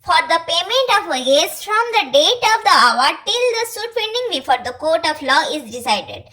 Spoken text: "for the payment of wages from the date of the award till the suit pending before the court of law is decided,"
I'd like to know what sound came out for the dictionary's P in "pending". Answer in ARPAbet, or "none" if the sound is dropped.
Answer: F